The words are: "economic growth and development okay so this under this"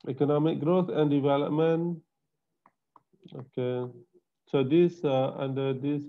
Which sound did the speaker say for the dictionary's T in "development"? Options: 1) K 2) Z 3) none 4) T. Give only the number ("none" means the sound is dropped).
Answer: 3